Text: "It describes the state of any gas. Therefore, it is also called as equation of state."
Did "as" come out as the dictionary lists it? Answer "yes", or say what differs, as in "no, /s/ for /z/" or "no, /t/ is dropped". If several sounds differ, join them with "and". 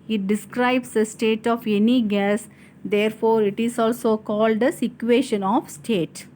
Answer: no, /s/ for /z/